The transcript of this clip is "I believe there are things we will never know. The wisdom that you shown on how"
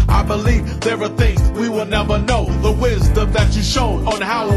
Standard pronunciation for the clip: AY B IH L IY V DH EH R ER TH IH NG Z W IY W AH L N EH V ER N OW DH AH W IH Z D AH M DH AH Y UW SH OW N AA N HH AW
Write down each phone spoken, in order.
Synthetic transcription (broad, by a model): AY B IH L IY V DH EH R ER TH IH NG Z W IY W AH L N EH V ER N OW DH AH W IH Z D AH M DH AH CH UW SH OW N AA N HH AW